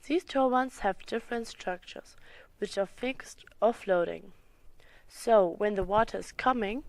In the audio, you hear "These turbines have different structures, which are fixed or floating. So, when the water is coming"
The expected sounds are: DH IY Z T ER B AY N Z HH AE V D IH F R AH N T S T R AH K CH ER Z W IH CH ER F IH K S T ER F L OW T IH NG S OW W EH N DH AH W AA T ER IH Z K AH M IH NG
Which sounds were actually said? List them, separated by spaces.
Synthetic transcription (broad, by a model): DH IY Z T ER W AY N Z HH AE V D IH F R AH N T S T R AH K CH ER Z W IH CH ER F IH K S T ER F L OW T IH NG S OW W EH N DH AH W AA T ER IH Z K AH M IH NG